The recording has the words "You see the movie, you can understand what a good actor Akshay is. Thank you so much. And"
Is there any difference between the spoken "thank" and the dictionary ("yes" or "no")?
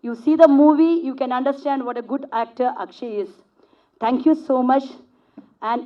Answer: yes